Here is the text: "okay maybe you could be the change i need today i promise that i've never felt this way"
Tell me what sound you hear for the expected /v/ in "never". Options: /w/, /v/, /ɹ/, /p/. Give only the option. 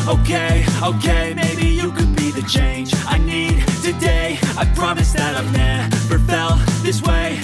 /p/